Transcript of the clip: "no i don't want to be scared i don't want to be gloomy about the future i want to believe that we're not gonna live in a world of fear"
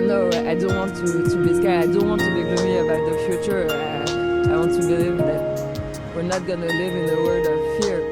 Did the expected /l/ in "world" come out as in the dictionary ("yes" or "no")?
no